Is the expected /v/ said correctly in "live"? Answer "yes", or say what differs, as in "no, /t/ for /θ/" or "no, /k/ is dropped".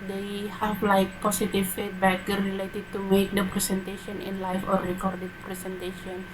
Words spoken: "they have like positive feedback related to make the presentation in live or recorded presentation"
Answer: no, /f/ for /v/